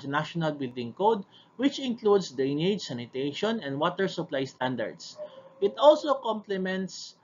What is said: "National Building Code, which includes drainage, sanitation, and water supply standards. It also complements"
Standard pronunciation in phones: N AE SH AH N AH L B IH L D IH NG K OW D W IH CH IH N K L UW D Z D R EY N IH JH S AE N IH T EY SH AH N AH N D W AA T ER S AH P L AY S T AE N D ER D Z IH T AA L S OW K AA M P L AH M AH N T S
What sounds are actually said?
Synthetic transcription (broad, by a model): N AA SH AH N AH L B IH L D IH NG K OW D W IH CH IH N K L UW D S D EY N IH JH S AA N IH T EY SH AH N AH N D W AA T ER S AH P L AY S T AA N D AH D S IH T AA L S OW K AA M P L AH M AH N T S